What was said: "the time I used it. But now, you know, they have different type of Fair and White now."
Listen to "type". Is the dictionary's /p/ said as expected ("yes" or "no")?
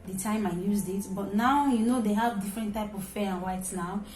yes